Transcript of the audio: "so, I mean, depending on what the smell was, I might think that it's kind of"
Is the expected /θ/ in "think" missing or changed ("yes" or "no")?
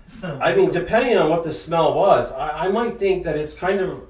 no